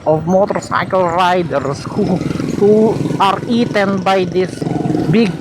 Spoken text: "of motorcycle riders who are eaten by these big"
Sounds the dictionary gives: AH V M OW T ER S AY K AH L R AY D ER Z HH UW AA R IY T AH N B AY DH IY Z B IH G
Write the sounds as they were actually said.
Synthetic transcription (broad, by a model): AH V M OW T ER S AY K AH L R AY D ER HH HH UW AA R IY T AH N B AY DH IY S B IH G